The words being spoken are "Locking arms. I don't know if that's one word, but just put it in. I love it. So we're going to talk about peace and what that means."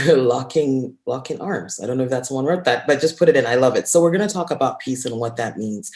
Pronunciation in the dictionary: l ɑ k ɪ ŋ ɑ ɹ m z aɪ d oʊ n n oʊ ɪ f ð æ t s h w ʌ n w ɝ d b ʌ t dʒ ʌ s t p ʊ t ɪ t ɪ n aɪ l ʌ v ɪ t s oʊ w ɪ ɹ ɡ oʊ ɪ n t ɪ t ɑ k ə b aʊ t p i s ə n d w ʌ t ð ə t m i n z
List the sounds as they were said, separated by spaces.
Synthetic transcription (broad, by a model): l ɑ k ɪ ŋ ɑ ɹ m z aɪ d oʊ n n oʊ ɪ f ð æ t s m w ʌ n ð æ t b ʌ t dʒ ʌ s p ʊ t ɪ t ɪ n aɪ l ʌ v ɪ t s oʊ w ɪ ɹ ɡ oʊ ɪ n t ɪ t ɑ k ə b aʊ t p i s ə n w ʌ t ð ə t m i n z